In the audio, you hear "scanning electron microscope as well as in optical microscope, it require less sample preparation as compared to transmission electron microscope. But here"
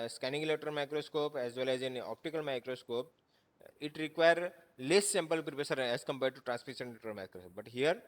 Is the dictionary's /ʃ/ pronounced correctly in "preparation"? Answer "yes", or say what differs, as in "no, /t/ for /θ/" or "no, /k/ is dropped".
no, /s/ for /ʃ/